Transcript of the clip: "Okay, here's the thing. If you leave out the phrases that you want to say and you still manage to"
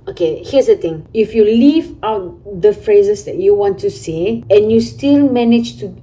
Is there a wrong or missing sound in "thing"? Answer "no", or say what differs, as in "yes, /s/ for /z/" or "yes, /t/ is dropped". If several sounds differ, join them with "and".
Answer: yes, /t/ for /θ/